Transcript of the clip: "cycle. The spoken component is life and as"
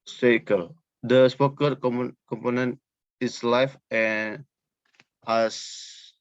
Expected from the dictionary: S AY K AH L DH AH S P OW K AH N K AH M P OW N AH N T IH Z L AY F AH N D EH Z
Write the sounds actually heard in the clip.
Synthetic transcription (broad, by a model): S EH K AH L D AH S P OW K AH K K AH M P OW N AH N T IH S L AY F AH N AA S